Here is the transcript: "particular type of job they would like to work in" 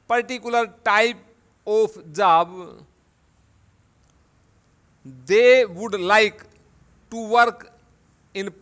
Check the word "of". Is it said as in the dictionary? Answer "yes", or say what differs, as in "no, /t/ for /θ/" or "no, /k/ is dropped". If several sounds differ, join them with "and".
no, /p/ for /v/